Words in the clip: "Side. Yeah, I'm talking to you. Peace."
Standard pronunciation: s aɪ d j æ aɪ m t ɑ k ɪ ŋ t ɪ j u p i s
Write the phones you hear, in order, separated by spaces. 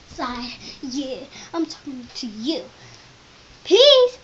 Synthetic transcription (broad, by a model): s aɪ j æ aɪ m t ɑ k ɪ ŋ t ɪ j u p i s